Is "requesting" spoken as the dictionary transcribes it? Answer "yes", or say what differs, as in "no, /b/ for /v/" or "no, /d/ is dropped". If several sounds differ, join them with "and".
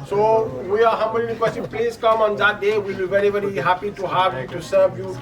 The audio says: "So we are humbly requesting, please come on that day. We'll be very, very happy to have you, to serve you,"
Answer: no, /l/ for /ɹ/